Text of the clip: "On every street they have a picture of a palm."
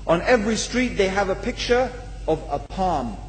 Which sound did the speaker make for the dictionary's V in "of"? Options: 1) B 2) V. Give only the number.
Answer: 2